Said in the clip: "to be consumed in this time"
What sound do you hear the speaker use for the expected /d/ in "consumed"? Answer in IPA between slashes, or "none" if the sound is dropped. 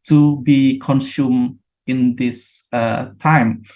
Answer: none